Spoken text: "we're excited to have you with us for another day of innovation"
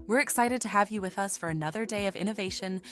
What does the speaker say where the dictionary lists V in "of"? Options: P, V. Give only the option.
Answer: V